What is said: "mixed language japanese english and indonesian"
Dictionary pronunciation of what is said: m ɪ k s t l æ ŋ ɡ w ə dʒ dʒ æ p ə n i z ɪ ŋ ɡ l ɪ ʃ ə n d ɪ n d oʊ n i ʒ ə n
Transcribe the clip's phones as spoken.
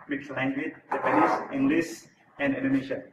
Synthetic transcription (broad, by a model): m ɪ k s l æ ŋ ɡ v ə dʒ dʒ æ p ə n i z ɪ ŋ ɡ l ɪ s ə n d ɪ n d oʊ n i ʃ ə